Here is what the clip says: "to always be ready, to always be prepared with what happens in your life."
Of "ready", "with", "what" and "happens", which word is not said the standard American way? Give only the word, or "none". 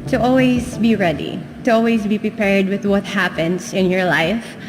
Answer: happens